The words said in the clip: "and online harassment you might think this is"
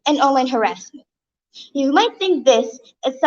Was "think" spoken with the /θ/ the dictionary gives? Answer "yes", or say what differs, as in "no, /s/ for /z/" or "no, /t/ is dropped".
yes